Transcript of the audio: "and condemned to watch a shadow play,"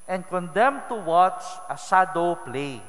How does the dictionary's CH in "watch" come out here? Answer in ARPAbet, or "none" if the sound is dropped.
CH